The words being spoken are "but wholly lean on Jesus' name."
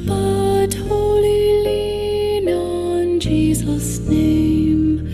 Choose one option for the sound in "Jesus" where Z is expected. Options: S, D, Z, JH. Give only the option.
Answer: Z